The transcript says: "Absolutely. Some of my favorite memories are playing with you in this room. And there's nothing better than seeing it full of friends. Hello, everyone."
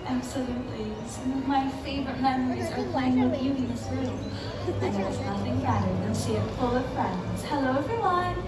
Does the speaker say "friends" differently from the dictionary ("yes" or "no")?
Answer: no